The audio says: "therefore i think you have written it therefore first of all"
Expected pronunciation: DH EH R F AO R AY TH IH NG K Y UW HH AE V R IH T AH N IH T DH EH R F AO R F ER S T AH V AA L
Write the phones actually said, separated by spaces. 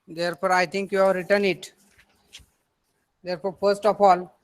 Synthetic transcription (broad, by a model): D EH R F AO R AY T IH NG K Y UW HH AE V R IH T AH N IH T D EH R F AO R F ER S T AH F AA L